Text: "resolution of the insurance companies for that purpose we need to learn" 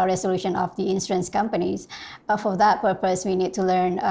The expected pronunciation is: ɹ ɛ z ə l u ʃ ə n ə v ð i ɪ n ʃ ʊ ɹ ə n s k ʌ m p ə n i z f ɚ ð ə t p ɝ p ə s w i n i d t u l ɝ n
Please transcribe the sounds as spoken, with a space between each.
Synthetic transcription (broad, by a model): ɹ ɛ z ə l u ʃ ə n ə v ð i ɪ n s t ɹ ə n s k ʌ m p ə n i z f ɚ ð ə t p ɝ p ə s w i n i d t u l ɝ n